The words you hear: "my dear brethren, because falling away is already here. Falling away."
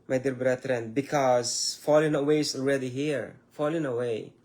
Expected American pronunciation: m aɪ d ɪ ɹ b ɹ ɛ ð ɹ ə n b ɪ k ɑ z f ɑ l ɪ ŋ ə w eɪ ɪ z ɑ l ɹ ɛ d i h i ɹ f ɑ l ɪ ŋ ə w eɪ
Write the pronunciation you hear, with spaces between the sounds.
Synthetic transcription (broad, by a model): m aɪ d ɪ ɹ b ɹ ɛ ɹ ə n b ɪ k ɑ z f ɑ l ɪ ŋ ə w eɪ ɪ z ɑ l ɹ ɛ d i h i ɹ f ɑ l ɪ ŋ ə w eɪ